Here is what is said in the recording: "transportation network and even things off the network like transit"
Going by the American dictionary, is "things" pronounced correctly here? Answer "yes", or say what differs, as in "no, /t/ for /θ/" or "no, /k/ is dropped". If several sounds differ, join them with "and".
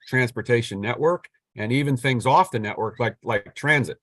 yes